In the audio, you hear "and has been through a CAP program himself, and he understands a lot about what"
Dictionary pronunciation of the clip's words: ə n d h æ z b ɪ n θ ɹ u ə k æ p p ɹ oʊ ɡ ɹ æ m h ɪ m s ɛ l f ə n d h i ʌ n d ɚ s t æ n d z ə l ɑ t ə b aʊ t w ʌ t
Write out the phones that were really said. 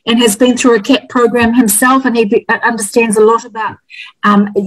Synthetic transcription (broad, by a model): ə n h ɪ z b ɪ n θ ɹ u ə k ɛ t p ɹ oʊ ɡ ɹ æ m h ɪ m s ɛ l f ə n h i ʌ n d ɚ s t æ n d z ə l ɑ t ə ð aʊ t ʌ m